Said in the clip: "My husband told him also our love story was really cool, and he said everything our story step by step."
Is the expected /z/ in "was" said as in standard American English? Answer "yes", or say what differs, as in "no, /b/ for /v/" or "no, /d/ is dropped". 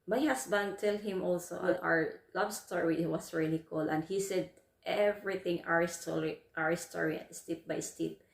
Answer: no, /s/ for /z/